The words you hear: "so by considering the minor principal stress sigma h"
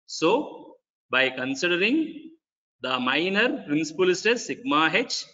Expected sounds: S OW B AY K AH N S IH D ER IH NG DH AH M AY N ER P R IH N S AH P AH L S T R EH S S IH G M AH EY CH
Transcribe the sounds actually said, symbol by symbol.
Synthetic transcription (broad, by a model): S OW B AY K AH N S IH D ER IH NG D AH M AY N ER P R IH N S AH P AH L S T EH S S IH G M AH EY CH